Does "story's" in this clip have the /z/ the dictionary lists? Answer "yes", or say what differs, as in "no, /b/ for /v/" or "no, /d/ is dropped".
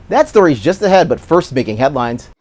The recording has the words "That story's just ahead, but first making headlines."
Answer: yes